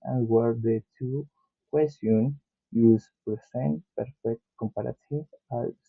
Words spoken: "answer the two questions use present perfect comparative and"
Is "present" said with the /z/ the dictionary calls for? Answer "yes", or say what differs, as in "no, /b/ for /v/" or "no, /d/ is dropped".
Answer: no, /s/ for /z/